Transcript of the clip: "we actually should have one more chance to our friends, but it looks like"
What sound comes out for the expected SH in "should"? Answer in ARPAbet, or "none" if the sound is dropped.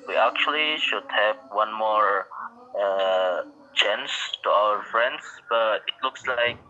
SH